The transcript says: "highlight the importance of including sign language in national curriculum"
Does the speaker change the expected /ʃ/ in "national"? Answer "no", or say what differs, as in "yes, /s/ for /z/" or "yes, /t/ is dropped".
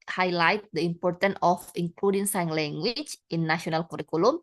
yes, /ʃ/ is dropped